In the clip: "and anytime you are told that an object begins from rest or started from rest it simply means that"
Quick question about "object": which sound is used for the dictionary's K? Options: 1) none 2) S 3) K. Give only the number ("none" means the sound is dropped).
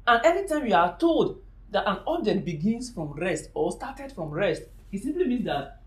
1